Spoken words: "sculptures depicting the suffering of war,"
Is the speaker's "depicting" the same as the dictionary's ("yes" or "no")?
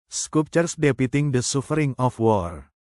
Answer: no